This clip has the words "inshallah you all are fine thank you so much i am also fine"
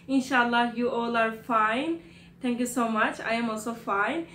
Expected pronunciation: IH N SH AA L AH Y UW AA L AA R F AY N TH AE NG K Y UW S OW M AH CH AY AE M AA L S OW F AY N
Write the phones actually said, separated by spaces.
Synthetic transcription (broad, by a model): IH N SH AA L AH Y UW AA L AA R F AY N T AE NG K Y UW S OW M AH CH AY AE M AA L S OW F AY N